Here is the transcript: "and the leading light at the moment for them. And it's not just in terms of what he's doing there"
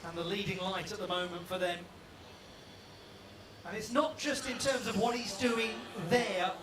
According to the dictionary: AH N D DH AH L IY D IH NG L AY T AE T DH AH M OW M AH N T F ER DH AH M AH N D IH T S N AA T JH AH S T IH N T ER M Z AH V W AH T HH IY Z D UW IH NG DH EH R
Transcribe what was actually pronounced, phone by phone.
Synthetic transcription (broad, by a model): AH N DH AH L IY D IH NG L AY T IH T DH AH M OW M AH N T F ER DH AH M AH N IH T S N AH T JH AH S T IH N T ER M Z AH V W AH T HH IY Z D UW IH NG DH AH R